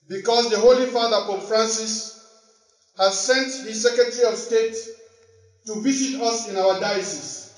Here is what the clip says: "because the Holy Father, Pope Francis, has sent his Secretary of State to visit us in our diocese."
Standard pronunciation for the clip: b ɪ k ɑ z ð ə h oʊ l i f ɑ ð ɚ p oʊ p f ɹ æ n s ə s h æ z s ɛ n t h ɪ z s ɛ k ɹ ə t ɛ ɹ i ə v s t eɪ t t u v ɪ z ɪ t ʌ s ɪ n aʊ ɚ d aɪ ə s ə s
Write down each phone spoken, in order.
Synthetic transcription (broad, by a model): b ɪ k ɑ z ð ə h oʊ l i f ɑ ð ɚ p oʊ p f ɹ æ n s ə s h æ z s ɛ n t h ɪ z s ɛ k ɹ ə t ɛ ɹ i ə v s t eɪ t t u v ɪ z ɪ t ʌ s ɪ n aʊ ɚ d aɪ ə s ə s